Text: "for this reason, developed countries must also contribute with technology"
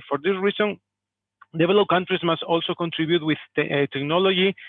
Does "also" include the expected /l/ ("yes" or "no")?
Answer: yes